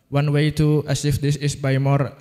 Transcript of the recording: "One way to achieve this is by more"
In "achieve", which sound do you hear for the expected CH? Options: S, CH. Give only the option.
S